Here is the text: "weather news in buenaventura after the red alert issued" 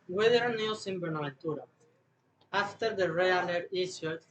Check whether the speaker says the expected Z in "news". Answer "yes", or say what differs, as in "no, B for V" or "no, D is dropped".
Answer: no, S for Z